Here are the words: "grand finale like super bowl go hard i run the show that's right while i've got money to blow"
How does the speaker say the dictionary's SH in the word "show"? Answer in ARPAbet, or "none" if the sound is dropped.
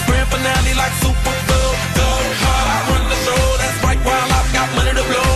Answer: S